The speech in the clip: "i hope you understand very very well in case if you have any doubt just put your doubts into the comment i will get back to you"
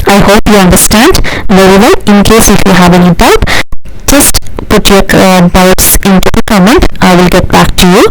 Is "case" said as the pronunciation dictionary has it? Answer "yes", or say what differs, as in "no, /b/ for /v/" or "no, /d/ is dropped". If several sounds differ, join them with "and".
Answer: yes